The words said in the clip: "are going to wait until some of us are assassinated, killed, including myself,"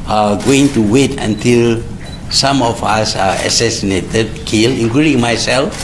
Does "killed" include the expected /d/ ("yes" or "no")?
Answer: no